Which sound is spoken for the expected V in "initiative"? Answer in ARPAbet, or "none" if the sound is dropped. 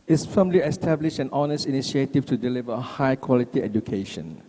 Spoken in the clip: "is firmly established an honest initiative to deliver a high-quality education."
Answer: F